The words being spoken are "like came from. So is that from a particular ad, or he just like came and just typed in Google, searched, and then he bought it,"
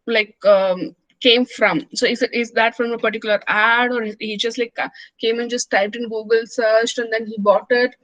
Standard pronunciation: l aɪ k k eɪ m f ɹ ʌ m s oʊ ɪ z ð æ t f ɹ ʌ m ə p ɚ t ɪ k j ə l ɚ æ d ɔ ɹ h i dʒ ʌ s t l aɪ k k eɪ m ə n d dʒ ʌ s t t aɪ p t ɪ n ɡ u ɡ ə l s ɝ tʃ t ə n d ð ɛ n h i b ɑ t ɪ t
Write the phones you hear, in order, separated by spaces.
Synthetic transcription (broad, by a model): l aɪ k k eɪ m f ɹ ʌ m s oʊ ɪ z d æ t f ɹ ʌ m ə p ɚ t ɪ k j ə l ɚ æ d ɔ ɹ h i dʒ ʌ s t l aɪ k k eɪ m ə n dʒ ʌ s t t aɪ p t ɪ n ɡ u ɡ ə l s ɝ tʃ t ə n d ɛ n h i b ɑ t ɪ t